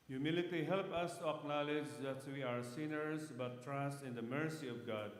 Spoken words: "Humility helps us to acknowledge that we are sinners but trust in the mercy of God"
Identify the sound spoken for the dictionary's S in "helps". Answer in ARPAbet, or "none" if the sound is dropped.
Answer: none